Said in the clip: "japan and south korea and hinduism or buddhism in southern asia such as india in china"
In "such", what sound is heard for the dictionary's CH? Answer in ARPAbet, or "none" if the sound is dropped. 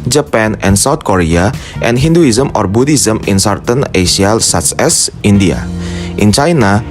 S